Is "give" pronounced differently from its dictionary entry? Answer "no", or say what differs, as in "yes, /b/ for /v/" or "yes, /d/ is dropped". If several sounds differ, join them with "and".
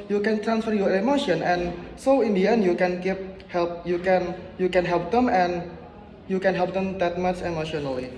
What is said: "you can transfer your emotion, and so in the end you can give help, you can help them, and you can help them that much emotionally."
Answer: yes, /p/ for /v/